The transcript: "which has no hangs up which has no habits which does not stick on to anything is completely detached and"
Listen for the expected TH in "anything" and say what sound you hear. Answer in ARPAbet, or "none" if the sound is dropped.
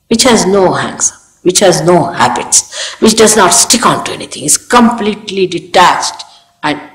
T